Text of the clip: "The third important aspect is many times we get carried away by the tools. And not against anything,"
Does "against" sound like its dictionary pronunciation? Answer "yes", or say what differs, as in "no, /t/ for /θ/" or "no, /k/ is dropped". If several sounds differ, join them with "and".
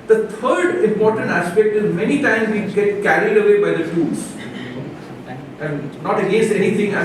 no, /n/ is dropped